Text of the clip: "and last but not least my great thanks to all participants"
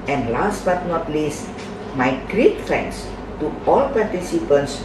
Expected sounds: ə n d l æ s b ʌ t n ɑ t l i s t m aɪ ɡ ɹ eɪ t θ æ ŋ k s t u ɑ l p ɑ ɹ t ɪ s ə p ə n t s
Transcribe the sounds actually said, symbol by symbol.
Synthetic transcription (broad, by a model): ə n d l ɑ s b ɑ t n ɑ t l i s t m aɪ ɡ ɹ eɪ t f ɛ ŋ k s t u ɑ l p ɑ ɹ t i s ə p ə n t s